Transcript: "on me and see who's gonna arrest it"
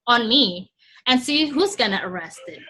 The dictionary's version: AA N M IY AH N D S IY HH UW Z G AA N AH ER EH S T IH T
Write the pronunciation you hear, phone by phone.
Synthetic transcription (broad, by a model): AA N M IY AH N S IY HH UW Z G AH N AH ER EH S T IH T